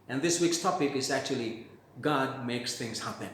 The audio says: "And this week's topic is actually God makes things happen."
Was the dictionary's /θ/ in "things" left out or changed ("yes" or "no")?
yes